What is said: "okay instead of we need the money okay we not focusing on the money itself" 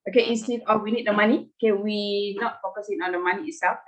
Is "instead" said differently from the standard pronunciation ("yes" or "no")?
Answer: yes